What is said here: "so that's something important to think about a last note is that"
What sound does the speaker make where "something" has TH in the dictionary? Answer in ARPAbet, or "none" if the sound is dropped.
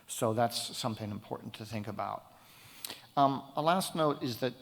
TH